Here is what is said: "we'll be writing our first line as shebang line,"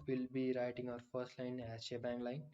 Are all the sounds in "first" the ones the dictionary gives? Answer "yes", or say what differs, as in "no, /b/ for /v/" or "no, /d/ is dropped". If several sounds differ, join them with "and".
yes